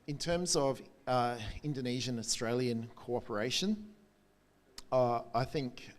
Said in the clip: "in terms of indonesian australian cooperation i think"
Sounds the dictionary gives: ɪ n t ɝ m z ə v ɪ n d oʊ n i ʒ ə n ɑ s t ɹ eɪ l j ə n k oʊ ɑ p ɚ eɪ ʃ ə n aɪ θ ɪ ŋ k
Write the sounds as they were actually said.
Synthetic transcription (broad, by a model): ɪ n t ɝ m z ə v ɪ n d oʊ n i ʒ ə n ɑ s t ɹ eɪ l j ə n k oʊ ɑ p ɚ eɪ ʃ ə n aɪ θ ɪ ŋ k